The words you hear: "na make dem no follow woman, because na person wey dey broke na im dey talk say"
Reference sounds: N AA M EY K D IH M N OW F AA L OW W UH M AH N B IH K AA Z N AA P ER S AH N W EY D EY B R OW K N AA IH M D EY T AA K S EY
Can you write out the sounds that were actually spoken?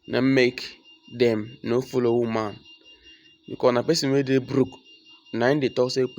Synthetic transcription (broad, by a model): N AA M EY K D IH M N OW F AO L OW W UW M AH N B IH K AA N AA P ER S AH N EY D EY B R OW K N AA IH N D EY T AA K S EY